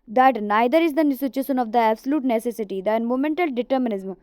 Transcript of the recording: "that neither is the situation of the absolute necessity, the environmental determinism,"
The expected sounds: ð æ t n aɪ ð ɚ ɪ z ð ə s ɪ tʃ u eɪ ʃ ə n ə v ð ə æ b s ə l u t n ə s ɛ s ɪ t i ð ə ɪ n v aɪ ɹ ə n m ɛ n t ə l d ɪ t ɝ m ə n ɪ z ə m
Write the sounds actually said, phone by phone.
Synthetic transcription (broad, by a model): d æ t n aɪ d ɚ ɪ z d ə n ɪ s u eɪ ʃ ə n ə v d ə æ b s ə l u t n ə s ɛ s ɪ t i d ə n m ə m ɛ n t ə l d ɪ t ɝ m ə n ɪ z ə m